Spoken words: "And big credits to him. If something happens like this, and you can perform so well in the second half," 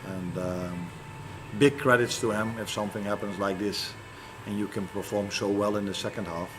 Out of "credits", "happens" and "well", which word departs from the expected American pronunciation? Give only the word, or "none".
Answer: none